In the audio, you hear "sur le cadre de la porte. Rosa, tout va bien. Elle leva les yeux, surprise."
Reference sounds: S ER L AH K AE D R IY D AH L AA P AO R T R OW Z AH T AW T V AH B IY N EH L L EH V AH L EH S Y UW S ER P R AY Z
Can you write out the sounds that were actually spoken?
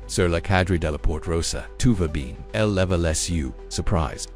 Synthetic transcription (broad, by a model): S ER L AH K AE D R IY D AH L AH P AO R T R OW S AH T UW V AH B IY N EH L L EH V AH L EH S Y UW S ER P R AY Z